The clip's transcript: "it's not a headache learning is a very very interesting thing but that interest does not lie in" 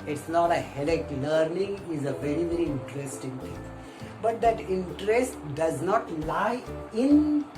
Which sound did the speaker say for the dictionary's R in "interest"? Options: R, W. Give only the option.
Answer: R